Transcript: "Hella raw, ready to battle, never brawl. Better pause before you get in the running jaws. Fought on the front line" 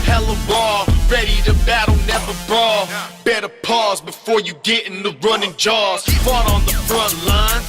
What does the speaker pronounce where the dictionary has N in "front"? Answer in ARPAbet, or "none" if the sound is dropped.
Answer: N